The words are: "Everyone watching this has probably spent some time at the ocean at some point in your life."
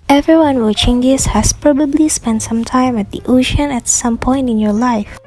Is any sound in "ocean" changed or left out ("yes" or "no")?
no